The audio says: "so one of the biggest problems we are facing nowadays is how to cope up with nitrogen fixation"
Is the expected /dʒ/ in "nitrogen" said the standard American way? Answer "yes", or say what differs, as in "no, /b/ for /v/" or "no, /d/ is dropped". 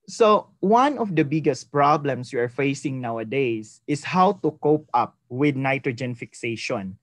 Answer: yes